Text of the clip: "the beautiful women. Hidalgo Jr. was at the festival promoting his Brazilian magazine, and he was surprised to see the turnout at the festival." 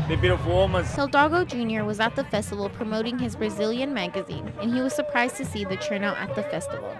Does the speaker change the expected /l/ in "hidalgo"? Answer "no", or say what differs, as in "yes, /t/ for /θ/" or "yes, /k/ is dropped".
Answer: yes, /l/ is dropped